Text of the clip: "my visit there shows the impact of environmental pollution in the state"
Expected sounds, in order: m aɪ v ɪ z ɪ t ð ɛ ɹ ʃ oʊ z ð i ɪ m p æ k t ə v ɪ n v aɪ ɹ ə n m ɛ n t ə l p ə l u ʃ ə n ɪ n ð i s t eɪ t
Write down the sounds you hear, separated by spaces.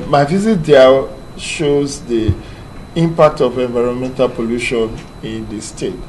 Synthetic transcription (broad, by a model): m aɪ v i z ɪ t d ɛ l ʃ oʊ z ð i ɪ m p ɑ k t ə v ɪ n v aɪ ɹ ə n m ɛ n t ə l p ə l u ʃ ə n ɪ n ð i s t eɪ t